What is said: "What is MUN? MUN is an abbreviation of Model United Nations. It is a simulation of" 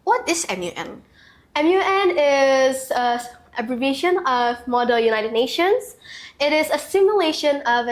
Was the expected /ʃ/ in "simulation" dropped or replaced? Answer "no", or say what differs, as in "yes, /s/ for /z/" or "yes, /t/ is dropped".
no